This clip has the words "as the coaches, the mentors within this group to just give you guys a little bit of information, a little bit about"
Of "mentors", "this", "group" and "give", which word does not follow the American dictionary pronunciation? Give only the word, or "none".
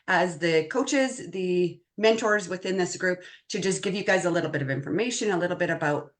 none